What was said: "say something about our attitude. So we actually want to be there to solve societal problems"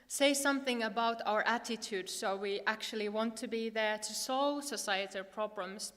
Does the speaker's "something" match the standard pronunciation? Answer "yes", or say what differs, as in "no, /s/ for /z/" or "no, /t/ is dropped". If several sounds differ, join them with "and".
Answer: yes